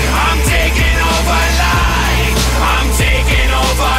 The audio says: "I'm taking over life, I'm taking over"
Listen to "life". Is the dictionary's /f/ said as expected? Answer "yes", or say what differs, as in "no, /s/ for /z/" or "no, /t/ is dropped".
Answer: no, /f/ is dropped